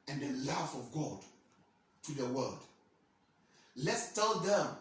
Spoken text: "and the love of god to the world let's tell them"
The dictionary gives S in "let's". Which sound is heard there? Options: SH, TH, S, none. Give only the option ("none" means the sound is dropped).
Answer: S